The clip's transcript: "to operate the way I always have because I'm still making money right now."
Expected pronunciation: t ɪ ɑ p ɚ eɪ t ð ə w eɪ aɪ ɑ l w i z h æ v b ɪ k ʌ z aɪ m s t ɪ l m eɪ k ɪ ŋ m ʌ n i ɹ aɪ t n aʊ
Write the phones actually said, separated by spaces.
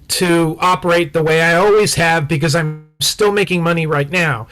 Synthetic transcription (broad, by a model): t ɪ ɑ p ɚ eɪ t ð ə w eɪ aɪ ɑ l w i z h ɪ v b ɪ k ʌ z aɪ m s t ɪ l m eɪ k ɪ ŋ m ʌ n i ɹ aɪ t n aʊ